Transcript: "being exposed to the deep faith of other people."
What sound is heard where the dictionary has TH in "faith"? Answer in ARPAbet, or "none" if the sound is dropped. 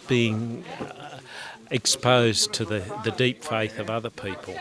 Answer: TH